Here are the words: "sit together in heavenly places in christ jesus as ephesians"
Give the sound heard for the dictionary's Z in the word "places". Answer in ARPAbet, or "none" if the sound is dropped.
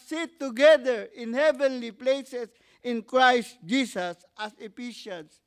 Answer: S